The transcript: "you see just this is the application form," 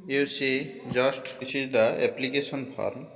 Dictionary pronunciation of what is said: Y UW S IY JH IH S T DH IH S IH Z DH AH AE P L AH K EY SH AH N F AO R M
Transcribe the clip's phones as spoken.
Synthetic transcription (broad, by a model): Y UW S IY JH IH S T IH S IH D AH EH P L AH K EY S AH N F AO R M